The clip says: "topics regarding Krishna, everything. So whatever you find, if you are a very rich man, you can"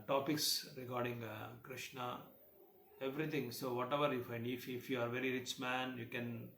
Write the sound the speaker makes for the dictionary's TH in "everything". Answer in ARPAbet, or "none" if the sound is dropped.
T